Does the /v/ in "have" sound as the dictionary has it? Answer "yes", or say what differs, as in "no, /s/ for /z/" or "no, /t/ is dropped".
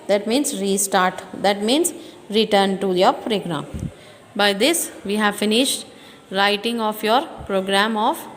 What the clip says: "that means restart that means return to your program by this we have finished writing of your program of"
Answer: yes